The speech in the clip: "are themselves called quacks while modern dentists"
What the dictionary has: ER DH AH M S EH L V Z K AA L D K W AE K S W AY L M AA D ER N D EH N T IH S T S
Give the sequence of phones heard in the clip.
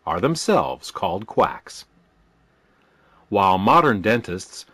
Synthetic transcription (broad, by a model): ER DH AH M S EH L V Z K AA L D K W AE K S W AY L M AA D ER N D EH N T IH S T S